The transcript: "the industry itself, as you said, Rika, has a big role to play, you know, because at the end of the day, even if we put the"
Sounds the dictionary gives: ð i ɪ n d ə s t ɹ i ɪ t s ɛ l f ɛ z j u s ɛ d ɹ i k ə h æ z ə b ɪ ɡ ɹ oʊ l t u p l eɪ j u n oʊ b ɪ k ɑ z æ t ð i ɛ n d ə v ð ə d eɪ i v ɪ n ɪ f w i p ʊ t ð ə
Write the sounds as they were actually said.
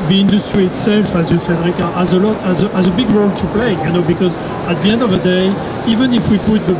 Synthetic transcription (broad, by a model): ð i ɪ n d ə s t ɹ i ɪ t s ɛ l f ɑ z j u s ɛ d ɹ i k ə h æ z ə b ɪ ɡ ɹ oʊ l t u p l eɪ j u n oʊ b ɪ k ɑ z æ t ð i ɛ n d ə v ð ə d eɪ i v ɪ n ɪ f w i p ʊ t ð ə